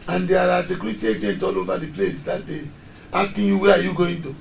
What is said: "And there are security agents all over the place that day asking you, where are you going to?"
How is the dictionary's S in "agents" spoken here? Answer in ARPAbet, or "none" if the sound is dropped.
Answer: none